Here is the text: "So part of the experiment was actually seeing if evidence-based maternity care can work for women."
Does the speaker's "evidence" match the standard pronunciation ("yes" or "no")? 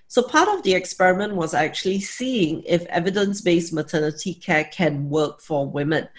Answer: yes